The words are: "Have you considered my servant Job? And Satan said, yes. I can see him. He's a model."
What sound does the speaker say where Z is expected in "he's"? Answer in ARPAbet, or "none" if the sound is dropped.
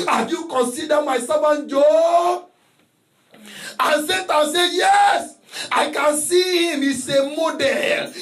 S